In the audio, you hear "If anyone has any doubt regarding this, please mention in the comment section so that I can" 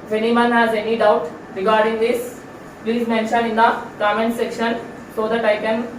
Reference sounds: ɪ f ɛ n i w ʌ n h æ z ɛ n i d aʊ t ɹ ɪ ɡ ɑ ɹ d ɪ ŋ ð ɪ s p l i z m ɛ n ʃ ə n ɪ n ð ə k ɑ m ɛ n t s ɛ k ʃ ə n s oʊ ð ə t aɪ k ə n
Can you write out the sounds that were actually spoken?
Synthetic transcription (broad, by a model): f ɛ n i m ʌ n h æ z ɛ n i d aʊ t ɹ ɪ ɡ ɑ ɹ d ɪ ŋ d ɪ s p l i z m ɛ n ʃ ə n ɪ n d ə k ɑ m ɛ n t s ɛ k ʃ ə n s oʊ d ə t aɪ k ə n